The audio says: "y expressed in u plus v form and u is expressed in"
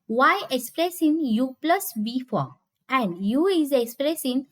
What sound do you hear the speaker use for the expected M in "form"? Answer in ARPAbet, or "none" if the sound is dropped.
none